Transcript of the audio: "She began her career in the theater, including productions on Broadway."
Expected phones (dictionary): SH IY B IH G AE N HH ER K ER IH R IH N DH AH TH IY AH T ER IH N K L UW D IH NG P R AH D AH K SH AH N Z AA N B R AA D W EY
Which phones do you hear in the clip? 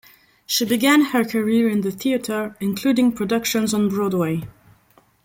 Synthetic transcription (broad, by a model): SH IY B IH G AE N HH ER K ER IH R IH N DH AH TH IY AH T ER IH N K L UW D IH NG P R AH D AH K SH AH N Z N B R AA D W EY